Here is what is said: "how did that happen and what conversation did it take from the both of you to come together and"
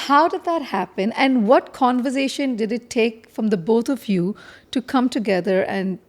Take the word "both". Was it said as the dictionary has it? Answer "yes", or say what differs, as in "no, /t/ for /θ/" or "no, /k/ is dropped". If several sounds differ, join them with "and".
no, /t/ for /θ/